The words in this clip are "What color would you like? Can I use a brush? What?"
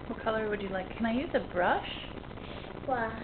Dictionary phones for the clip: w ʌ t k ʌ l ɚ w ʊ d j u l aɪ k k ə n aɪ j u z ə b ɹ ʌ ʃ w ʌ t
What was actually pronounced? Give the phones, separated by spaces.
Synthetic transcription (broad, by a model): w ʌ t k ʌ l ɚ w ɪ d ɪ l aɪ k k ə n aɪ j u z ə b ɹ ʌ ʃ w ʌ